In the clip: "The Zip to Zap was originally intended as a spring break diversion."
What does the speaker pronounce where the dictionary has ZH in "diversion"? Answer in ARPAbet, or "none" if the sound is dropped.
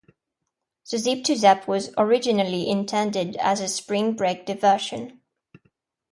SH